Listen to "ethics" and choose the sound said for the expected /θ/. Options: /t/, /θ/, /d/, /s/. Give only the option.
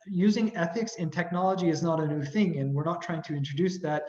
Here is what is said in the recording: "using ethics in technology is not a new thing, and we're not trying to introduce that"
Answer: /θ/